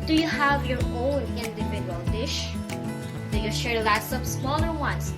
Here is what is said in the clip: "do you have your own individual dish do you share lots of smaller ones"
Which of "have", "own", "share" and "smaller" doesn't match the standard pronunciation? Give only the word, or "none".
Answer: none